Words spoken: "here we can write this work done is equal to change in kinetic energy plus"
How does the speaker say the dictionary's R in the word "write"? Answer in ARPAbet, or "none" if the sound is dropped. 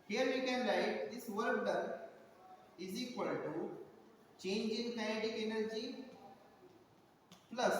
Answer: L